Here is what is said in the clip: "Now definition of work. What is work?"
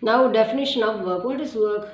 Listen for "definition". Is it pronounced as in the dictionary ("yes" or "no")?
yes